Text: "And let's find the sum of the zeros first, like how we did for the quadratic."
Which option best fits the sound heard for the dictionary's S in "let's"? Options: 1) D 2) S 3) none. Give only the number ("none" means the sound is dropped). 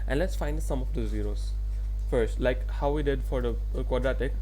2